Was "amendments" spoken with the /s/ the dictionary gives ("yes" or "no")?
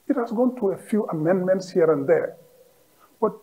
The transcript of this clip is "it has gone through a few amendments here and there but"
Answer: yes